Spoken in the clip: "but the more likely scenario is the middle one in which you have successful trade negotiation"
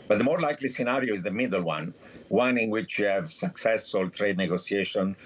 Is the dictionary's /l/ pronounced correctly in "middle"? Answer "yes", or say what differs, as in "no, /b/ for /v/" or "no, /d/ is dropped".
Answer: no, /n/ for /l/